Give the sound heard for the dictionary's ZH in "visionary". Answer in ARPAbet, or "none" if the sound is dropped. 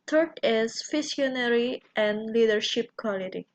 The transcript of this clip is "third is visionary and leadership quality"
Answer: S